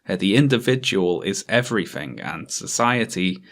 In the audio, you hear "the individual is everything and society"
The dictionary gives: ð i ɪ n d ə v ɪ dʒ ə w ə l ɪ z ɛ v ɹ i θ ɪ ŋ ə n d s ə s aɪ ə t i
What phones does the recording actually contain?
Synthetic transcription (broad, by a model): ð i ɪ n d ə v ɪ dʒ ə w ə l ɪ z ɛ v ɹ i θ ɪ ŋ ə n s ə s aɪ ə t i